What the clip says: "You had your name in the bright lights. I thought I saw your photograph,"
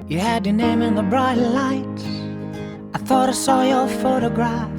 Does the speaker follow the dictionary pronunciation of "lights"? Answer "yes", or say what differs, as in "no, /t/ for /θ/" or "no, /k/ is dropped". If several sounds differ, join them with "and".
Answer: no, /s/ is dropped